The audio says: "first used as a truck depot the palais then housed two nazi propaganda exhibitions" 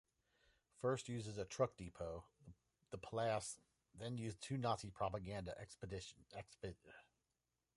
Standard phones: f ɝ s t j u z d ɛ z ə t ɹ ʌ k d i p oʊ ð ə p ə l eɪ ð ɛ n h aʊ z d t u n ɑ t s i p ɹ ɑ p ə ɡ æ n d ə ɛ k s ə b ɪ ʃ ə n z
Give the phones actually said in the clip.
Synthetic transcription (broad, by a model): f ɝ s t j u z ɪ z ə t ɹ ʌ k d i p oʊ ð ə p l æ ð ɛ n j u z t u n ɑ t s i p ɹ ɑ p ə ɡ æ n d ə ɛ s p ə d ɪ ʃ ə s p